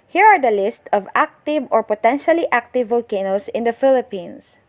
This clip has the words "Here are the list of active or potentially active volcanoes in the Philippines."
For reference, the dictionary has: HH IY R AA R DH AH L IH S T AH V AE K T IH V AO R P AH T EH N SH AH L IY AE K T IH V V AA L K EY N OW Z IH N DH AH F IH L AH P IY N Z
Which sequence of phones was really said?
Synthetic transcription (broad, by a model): HH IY R AA R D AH L IH S T AH V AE K T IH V AO R P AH T EH N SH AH L IY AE K T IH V V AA L K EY N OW S IH N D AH F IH L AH P IY N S